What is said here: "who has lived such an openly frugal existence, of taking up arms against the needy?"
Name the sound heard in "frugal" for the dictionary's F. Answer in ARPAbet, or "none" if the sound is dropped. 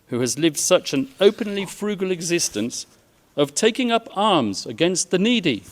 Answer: F